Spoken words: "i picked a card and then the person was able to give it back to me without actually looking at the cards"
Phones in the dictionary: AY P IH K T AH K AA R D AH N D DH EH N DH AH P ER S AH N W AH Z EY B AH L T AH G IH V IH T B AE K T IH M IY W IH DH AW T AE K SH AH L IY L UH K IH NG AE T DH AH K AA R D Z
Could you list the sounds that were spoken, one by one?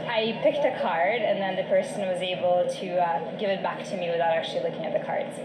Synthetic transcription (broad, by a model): AY P IH K T AH K AA R D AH N DH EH N DH AH P ER S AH N W AH Z EY B L T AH G IH V IH T B AE K T IH M IY W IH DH AW T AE K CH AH L IY L UH K IH NG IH T DH AH K AA R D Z